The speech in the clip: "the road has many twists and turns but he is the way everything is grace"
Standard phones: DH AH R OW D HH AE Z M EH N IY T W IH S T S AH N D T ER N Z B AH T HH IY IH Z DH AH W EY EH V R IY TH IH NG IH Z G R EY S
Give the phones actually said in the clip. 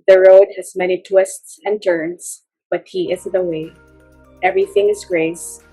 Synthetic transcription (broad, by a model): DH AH R OW D HH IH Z M EH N IY T W IH S T S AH N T ER N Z B AH T HH IY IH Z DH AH W EY EH V R IY TH IH NG IH Z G R EY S